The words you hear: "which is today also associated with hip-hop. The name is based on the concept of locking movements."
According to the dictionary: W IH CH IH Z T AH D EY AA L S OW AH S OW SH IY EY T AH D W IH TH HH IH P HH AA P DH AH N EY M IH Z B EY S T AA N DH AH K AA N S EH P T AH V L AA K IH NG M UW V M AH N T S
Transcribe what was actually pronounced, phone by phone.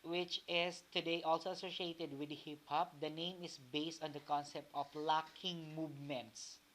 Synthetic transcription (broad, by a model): W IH CH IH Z T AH D EY AA L S OW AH S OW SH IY EY T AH D W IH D HH IH P HH AA P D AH N EY M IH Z B EY S T AA N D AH K AA N S EH P T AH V L AA K IH NG M UW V M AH N T S